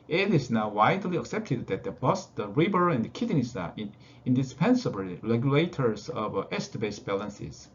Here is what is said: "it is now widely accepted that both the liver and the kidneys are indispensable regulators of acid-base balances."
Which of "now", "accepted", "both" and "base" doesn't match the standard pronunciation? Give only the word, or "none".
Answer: both